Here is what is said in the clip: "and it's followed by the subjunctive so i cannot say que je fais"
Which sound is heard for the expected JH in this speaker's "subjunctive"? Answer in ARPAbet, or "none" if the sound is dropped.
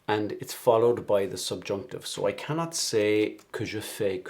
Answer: JH